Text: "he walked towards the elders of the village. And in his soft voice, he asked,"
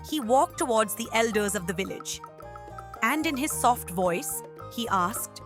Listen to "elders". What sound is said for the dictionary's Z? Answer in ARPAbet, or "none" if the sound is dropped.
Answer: Z